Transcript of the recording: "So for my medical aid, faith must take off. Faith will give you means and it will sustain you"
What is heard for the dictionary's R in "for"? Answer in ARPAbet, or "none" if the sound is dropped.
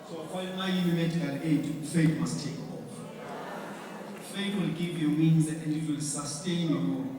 L